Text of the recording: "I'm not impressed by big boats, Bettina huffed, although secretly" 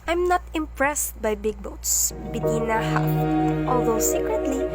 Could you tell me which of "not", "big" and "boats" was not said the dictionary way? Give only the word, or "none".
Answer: none